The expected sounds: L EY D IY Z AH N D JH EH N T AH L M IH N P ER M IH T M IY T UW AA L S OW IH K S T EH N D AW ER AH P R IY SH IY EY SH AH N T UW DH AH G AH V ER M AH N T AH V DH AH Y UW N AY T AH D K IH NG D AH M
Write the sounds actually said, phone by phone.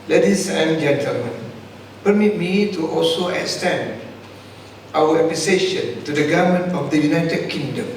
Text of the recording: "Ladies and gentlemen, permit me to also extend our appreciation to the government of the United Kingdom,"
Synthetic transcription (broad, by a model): L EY D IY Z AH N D JH EH N T AH L M IH N P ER M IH T M IY T UW AA L S OW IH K S T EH N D AW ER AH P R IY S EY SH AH N T UW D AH G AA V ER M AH N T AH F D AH Y UW N AY T AH D K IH NG D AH M